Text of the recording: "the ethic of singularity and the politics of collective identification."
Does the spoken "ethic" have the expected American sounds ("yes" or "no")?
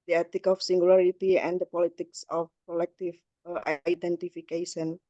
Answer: no